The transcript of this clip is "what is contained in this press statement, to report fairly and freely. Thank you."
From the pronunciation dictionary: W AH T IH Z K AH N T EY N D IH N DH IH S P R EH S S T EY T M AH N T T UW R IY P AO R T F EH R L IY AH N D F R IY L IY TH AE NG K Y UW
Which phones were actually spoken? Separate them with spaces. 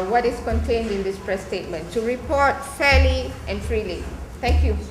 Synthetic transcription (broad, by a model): W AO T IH S K AH N T EY N D IH N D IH S P R EH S S T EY T M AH N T T UW R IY P AO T F EH L IY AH N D F R IY L IY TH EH NG K Y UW